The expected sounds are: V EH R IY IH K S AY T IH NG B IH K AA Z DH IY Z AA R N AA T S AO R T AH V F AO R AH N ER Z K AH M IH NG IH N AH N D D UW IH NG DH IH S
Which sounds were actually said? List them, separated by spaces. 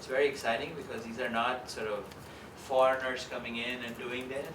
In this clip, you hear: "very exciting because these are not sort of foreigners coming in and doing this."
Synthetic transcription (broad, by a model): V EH R IY IH K S AY T IH NG B IH K AA Z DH IY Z AA R N AA T S AO R T AH V F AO R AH N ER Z K AH M IH NG IH N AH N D D UW IH NG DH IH